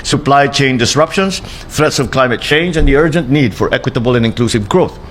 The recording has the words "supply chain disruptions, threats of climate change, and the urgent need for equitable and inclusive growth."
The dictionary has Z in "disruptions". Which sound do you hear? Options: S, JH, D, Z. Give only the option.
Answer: S